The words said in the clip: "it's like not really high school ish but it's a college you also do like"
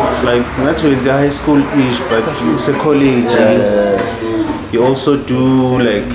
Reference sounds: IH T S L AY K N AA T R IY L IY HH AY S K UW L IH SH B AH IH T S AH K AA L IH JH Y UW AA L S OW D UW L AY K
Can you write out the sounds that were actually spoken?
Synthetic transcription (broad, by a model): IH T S L AY K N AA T W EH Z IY HH AY S K UW L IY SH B IH T S AH K AA L IH JH Y UW AA L S OW D UW L AY K